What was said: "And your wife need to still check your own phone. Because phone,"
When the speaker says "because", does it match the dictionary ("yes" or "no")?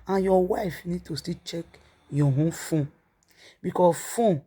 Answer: no